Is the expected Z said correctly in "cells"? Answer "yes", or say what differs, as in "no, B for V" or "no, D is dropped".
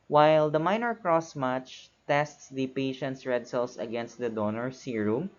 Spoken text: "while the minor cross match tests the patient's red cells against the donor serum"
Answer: no, S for Z